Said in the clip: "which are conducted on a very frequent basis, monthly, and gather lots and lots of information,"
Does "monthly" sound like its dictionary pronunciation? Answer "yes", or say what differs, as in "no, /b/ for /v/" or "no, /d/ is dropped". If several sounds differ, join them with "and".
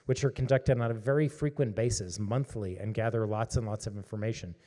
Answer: yes